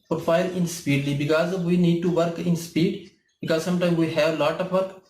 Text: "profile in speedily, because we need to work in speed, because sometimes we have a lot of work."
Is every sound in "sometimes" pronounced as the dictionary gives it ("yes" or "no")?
no